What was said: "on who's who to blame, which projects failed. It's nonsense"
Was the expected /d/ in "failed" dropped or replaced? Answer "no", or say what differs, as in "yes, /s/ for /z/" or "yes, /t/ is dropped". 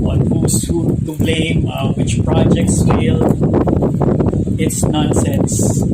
yes, /d/ is dropped